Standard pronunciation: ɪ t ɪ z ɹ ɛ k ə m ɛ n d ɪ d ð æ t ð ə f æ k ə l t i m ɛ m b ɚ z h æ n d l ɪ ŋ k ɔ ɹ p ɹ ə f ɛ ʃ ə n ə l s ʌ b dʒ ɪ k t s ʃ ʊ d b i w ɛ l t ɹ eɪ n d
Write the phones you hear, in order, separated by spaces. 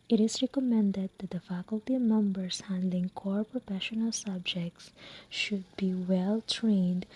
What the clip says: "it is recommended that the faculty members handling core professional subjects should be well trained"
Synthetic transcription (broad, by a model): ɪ t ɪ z ɹ ɛ k ə m ɛ n d ɪ d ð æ t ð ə f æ k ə l t i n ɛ m b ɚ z h æ n d l ɪ ŋ k ɔ ɹ p ɹ ə f ɛ ʃ ə n ə l s ʌ b dʒ ɪ k t s ʃ ʊ d b i w ɛ l t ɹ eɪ n d